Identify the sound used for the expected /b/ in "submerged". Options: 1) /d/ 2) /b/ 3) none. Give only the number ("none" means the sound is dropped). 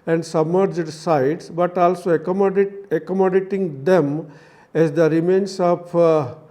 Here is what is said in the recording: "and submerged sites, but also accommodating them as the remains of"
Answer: 2